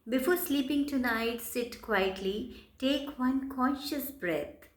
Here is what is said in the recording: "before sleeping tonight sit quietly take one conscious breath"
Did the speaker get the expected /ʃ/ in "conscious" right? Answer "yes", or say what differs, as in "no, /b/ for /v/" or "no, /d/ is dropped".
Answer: yes